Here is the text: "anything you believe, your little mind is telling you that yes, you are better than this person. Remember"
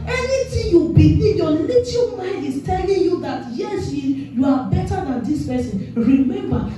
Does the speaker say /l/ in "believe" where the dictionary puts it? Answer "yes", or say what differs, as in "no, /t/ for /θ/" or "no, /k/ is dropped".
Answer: no, /l/ is dropped